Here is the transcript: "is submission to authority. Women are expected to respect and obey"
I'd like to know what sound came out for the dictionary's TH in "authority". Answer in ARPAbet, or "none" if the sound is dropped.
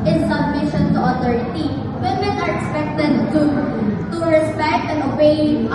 T